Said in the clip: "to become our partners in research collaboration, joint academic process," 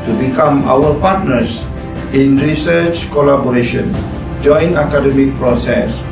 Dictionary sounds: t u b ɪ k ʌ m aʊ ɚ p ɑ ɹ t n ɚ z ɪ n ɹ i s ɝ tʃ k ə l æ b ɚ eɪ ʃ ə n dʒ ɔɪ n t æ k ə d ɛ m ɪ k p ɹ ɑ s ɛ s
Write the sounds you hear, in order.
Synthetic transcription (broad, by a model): t u b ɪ k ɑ m aʊ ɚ p ɑ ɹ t n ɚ s ɪ n ɹ i s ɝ tʃ k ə l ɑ b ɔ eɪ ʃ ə n dʒ ɔɪ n ɑ k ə d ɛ m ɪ k p ɹ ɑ s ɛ s